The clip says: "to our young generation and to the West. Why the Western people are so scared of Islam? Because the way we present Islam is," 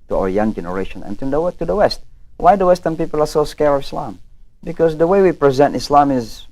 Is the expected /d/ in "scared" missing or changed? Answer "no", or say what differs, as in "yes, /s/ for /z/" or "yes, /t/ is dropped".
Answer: yes, /d/ is dropped